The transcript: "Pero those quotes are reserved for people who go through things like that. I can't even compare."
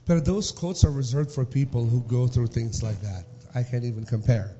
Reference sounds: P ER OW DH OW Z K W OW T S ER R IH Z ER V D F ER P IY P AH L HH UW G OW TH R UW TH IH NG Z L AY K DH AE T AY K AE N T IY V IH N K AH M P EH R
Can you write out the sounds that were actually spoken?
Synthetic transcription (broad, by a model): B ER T DH OW Z K OW T S ER R IH Z ER V D F ER P IY P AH L HH UW G OW TH R UW TH IH NG Z L AY K DH AE T AY K AE N T IY V IH N K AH M P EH R